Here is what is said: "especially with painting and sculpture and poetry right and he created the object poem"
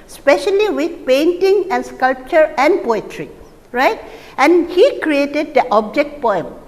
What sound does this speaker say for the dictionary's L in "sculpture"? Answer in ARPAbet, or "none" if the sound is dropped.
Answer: L